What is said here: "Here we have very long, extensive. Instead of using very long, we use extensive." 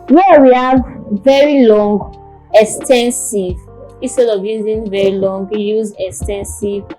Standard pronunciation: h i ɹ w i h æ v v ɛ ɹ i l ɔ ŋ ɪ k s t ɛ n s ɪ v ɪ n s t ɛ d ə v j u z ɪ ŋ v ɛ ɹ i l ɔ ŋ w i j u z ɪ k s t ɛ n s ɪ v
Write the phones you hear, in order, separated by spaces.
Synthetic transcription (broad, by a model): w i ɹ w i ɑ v v ɛ ɹ i l ɔ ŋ ɪ k s t ɛ n s ɪ v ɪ s t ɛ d ə v j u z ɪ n v ɛ ɹ i l ɔ ŋ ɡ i j u z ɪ k s t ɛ n s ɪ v